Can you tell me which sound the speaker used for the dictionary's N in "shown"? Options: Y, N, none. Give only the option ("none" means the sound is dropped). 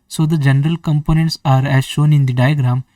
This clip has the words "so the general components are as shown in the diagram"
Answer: N